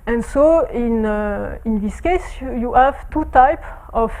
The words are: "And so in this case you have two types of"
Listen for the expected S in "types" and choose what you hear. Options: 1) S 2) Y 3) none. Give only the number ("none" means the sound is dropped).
3